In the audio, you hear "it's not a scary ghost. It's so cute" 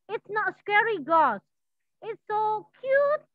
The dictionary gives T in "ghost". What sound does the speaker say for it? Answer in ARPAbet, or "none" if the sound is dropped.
none